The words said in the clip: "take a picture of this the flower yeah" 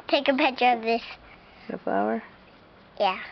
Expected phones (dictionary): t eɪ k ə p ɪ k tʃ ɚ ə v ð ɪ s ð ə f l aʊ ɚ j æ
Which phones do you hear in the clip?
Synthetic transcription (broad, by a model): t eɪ k ə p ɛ tʃ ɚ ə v ð ɪ s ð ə f l aʊ ɚ j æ